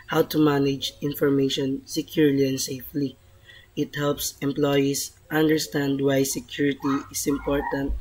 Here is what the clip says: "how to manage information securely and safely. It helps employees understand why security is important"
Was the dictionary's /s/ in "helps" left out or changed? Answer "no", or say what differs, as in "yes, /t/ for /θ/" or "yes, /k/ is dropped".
no